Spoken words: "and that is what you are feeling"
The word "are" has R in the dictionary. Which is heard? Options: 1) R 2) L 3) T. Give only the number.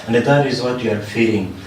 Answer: 1